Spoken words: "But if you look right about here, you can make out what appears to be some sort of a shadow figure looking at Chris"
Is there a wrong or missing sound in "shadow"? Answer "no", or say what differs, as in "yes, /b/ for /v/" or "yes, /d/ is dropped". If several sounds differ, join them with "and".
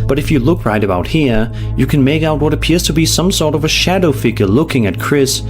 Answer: no